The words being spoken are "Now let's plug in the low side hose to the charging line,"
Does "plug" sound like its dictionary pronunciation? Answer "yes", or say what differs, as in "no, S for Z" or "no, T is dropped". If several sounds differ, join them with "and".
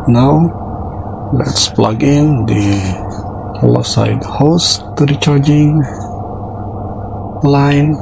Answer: yes